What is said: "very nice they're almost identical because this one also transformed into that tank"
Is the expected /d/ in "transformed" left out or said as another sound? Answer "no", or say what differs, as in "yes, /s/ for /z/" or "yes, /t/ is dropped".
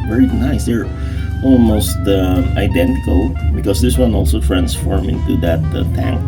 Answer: yes, /d/ is dropped